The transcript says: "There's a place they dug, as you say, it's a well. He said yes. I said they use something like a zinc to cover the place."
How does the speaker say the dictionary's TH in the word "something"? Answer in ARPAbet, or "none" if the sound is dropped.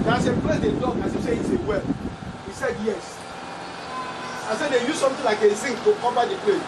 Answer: T